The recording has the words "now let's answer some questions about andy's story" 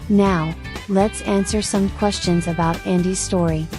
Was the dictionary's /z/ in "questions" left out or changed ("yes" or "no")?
no